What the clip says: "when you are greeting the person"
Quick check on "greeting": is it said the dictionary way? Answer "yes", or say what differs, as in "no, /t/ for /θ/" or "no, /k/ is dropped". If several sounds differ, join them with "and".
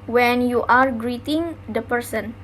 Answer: yes